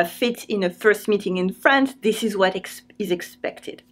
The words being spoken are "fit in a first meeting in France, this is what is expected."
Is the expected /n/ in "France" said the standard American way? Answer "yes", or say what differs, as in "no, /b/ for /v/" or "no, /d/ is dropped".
yes